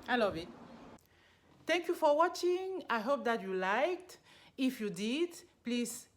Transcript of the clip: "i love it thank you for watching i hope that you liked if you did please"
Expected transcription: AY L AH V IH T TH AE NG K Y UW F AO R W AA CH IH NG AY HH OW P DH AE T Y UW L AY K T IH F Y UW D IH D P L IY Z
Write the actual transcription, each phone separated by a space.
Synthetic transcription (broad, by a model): AY L AH V IH T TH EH NG K Y UW F AO R W AA CH IH NG AY HH OW P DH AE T Y UW L AY K T IH F Y UW D IH D P L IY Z